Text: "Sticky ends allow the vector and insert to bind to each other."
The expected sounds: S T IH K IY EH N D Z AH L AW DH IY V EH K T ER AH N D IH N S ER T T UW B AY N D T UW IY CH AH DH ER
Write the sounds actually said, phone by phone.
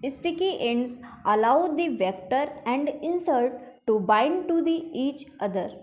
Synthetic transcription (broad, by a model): S T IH K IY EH N D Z AH L AW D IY V EH K T ER AH N D IH N S ER T T UW B AY N D T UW IY CH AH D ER